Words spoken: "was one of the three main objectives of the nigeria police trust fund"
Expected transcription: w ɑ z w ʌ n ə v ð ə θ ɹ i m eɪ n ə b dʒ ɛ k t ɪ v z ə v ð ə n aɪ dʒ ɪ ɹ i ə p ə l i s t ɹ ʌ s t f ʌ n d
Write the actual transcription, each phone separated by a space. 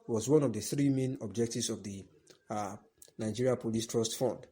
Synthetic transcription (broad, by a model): w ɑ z w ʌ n ə v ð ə θ ɹ i m eɪ n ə b dʒ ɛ k t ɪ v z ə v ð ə n aɪ dʒ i ɹ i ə p ə l i s t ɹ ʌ s t f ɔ n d